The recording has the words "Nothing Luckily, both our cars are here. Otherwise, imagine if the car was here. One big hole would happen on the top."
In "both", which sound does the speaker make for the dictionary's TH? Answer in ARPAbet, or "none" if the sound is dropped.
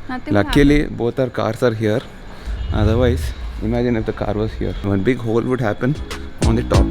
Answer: T